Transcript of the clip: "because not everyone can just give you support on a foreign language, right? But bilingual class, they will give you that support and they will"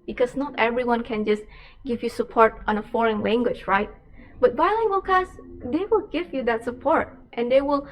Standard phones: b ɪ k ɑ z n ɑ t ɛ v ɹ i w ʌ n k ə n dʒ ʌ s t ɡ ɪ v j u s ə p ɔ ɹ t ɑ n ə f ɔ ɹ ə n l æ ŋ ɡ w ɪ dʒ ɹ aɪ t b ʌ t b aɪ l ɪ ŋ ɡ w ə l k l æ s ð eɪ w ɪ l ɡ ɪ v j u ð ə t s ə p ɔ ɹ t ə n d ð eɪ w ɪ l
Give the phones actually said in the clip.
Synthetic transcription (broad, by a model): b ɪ k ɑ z n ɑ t ɛ v ɹ i w ʌ n k ə n dʒ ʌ s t ɡ ɪ v j u s ə p ɔ ɹ t ɑ n ə f ɔ ɹ ə n l æ ŋ ɡ w ɪ dʒ ɹ aɪ t b ʌ t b aɪ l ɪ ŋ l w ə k æ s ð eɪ w ɪ l ɡ ɪ v j u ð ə t s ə p ɔ ɹ t ə n d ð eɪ w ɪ l